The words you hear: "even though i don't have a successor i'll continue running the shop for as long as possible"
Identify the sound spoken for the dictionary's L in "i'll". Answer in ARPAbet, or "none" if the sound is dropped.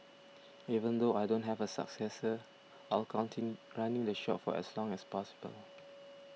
L